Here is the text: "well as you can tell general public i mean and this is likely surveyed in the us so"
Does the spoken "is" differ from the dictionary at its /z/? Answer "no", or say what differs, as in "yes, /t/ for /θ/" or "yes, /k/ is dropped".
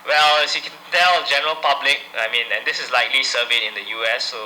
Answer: yes, /s/ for /z/